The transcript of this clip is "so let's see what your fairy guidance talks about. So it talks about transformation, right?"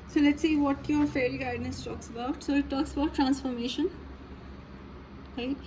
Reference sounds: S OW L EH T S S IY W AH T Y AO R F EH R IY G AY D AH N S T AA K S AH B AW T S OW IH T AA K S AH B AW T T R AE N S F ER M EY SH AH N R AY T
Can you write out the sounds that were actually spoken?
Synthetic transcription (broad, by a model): S OW L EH T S S IY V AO T Y AO R F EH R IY G AY D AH S T AA K S AH B AW T S OW IH T AA K S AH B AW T T R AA N S F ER M EY SH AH N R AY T